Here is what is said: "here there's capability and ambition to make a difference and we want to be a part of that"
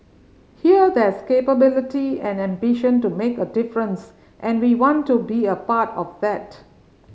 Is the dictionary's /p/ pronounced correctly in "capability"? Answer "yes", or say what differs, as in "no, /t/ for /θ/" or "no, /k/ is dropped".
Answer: yes